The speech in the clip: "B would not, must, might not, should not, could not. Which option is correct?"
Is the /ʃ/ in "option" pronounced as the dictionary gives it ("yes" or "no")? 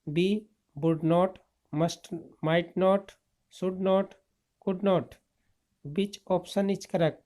no